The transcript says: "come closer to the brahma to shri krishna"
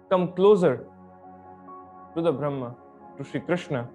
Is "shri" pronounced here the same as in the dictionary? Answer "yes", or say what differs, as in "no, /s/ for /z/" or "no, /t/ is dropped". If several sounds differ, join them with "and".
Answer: no, /ɹ/ is dropped